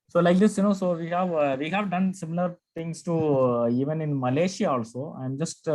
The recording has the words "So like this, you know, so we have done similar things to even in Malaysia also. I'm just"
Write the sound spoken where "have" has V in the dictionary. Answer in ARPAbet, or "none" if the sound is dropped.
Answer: V